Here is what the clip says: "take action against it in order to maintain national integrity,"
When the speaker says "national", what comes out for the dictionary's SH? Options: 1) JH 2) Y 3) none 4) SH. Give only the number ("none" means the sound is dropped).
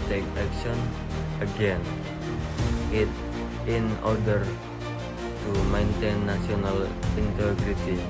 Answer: 3